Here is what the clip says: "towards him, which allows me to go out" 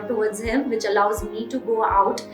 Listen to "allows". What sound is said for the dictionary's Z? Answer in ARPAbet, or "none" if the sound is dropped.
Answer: Z